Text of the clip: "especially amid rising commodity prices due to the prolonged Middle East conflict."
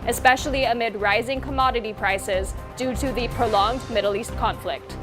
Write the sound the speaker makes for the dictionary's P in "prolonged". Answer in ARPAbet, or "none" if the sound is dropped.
P